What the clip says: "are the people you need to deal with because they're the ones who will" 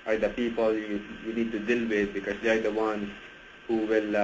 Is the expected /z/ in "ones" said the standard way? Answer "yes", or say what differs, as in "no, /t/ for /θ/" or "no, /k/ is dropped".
no, /z/ is dropped